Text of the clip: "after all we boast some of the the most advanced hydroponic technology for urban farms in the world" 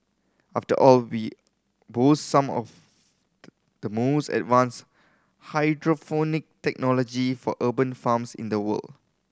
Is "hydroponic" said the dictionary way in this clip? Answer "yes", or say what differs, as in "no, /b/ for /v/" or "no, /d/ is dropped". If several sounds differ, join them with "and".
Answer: no, /f/ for /p/